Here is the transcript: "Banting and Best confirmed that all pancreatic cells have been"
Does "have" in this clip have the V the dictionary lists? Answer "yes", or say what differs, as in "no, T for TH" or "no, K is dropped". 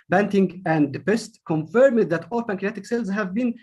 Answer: yes